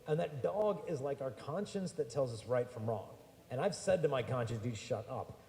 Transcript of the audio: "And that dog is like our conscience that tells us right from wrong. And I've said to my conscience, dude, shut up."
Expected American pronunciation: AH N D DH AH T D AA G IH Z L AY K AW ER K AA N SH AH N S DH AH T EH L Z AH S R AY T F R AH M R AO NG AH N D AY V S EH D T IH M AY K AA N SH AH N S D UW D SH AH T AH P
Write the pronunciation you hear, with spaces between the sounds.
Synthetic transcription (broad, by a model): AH N DH AH T D AA G IH Z L AY K AW ER K AA N SH AH N S DH AH T EH L Z AH S R AY T F R AH M R AO NG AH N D AY V S EH D T IH M AY K AA N SH AH N S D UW SH AH T AH P